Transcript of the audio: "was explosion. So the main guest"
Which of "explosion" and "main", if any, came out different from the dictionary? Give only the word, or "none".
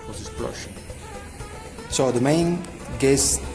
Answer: explosion